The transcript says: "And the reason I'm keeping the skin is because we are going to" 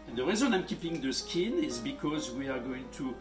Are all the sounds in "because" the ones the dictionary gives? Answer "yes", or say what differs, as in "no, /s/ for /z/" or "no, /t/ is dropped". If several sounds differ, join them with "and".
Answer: yes